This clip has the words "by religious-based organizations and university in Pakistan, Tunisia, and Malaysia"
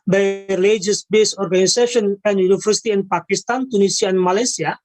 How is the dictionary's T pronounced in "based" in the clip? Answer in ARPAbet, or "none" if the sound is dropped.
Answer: none